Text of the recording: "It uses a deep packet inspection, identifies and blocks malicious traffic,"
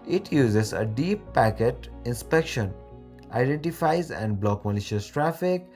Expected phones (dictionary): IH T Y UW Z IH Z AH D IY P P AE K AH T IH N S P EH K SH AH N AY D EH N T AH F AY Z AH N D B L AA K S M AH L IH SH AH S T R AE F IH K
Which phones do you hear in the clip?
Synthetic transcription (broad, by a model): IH T Y UW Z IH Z AH D IY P P AE K AH T IH N S P EH K SH AH N AY D EH N T AH F AY Z AH N D B L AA K M AH L IH SH AH S T R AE F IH K